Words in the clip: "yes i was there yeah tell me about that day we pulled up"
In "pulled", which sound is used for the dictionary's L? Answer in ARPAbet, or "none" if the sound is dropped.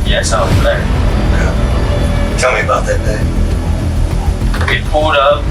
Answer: none